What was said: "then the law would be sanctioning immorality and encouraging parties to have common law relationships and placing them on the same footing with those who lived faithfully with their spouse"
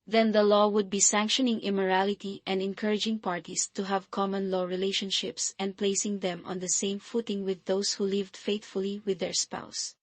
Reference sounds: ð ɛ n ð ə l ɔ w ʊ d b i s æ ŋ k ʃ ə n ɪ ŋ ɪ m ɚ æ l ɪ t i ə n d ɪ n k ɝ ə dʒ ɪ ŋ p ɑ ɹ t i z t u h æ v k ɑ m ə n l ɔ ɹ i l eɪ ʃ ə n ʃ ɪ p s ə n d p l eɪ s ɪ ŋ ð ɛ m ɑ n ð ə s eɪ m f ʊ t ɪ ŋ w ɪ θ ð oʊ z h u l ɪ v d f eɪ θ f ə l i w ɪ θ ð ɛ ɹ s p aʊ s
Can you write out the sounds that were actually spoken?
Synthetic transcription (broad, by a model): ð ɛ n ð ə l ɔ w ʊ d b i s æ ŋ k ʃ ə n ɪ ŋ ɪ m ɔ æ l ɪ t i ə n d ɪ n k ɝ ə dʒ ɪ ŋ p ɑ ɹ t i s t u h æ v k ɑ m ə n l ɔ ɹ i l eɪ ʃ ə n ʃ ɪ p s ə n d p l eɪ s ɪ ŋ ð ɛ m ɑ n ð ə s eɪ m f ʊ t ɪ ŋ w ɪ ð oʊ s h u l ɪ v d f eɪ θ f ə l i w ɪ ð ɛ ɹ s p aʊ s